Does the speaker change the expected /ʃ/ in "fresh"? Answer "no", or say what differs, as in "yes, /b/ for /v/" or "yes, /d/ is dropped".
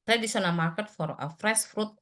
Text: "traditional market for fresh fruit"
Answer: yes, /s/ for /ʃ/